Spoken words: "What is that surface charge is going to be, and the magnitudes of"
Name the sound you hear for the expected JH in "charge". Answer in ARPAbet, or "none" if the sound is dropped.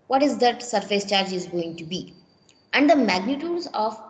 JH